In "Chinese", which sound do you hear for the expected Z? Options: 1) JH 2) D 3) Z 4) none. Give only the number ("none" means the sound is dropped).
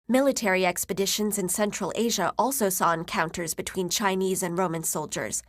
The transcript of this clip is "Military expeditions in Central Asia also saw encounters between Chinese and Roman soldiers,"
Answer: 3